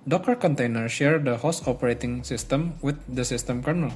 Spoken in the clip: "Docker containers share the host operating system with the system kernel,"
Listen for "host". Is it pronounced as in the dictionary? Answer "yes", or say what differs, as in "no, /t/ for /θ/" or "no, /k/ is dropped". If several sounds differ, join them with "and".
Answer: no, /t/ is dropped